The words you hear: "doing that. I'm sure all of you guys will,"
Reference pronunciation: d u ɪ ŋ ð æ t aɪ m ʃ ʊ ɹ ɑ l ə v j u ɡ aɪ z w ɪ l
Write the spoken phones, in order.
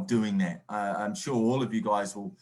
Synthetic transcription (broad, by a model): d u ɪ ŋ ð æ t aɪ m ʃ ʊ ɹ ɑ l ə v j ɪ ɡ aɪ z w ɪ l